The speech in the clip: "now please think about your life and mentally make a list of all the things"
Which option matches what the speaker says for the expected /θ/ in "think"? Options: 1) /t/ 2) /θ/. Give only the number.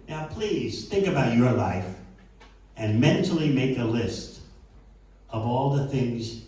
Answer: 2